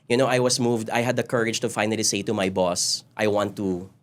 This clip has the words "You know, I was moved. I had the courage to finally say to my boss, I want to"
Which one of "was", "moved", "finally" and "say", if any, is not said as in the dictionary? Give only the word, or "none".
was